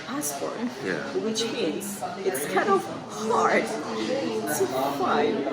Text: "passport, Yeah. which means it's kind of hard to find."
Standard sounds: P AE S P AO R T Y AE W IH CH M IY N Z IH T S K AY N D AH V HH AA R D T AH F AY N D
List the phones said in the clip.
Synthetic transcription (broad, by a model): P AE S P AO R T Y AE W IH CH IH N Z IH T S K AY N D AH V HH AA R D S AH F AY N